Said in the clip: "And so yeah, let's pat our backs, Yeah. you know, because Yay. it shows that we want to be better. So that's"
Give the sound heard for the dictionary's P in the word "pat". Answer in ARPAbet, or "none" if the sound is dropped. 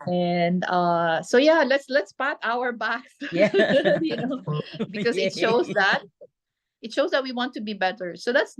P